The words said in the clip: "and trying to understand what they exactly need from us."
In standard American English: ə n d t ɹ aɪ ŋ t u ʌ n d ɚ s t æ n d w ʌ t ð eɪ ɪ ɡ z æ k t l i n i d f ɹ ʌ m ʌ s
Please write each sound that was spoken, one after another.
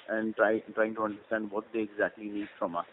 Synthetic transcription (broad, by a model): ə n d t ɹ aɪ ŋ t u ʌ n d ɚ s t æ n d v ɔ t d eɪ ɪ ɡ z æ k t l i n i d f ɹ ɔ m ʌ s